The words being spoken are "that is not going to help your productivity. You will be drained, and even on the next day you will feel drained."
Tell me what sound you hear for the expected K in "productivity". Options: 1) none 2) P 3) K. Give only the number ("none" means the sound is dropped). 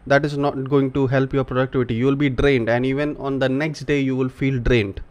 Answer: 3